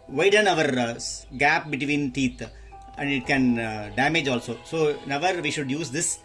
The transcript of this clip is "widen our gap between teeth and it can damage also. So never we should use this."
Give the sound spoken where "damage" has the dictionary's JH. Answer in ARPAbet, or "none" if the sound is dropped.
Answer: JH